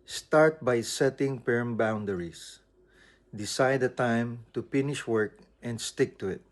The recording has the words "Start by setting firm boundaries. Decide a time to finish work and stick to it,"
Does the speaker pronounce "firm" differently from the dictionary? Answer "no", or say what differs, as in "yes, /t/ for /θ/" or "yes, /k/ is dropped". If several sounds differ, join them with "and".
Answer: yes, /p/ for /f/